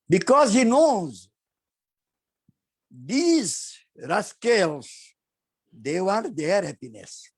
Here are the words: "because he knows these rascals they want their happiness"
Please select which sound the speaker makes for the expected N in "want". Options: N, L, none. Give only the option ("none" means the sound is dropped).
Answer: none